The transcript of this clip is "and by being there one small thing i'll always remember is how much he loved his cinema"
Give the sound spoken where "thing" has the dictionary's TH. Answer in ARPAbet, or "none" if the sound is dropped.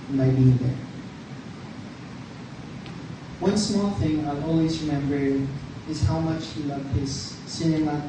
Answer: TH